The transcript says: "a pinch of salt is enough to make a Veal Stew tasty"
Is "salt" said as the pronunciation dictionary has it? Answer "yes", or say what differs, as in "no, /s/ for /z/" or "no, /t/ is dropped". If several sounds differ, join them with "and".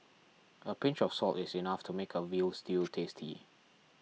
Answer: yes